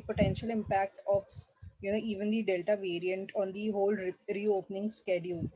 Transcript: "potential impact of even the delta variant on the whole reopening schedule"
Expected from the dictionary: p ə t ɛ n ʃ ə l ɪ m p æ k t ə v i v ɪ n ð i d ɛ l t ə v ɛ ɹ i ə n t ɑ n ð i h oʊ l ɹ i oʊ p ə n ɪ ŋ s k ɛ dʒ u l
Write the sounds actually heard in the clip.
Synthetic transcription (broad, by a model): p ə t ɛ n ʃ ə l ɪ m p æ k t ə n i v ɪ n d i d ɛ l t ə v ɛ ɹ i ə n t ɑ n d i h oʊ l ɹ i oʊ p ə n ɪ ŋ s k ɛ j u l